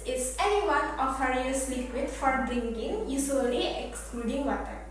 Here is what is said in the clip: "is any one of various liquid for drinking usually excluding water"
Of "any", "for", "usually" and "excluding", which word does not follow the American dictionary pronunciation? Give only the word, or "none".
usually